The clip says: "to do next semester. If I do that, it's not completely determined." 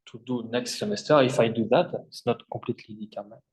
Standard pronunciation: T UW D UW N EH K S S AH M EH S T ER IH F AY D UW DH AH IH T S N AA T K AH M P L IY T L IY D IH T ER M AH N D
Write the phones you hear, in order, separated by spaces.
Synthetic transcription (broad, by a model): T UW D UW N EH K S S AH M EH S T ER IH F AY D UW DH IH T S N AA T K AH P L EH T L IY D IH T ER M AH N